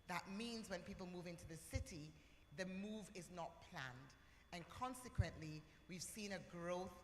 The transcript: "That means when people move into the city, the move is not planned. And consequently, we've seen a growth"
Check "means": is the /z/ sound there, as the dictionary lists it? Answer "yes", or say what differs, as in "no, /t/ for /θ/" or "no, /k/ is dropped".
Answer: yes